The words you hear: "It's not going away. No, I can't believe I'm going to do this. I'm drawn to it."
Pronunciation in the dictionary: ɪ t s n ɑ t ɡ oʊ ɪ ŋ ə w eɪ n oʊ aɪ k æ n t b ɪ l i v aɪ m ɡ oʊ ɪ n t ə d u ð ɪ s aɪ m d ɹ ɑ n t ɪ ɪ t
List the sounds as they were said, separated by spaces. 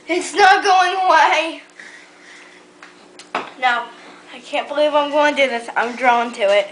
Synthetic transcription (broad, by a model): ɪ t s n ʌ t ɡ oʊ ɪ ŋ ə w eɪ n oʊ aɪ k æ n b ɪ l i v aɪ m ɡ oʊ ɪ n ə d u ð ɪ s aɪ m d ɹ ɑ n t ɪ ɪ t